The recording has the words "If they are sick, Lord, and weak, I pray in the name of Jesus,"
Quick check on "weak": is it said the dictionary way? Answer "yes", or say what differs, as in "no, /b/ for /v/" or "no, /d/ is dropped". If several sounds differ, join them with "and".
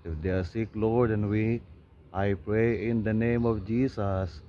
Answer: no, /k/ is dropped